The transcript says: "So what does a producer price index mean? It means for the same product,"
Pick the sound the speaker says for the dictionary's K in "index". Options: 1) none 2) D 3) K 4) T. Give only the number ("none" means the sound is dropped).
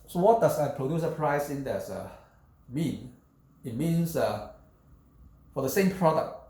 1